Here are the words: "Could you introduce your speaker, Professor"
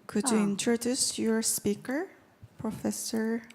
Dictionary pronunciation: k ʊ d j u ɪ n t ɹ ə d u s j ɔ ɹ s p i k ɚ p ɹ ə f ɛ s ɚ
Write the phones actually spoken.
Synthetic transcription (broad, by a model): k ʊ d j u ɪ n t ɹ ə d u s j ɔ ɹ s p i k ɚ p ɹ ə f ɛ s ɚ